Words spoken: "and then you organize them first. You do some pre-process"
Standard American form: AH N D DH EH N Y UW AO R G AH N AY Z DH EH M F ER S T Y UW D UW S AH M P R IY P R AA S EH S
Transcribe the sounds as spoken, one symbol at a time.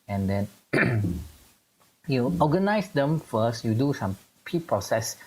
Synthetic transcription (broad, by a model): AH N D EH N Y UW AO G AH N AY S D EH M F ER S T Y UW D UW S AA M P IY P R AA S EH S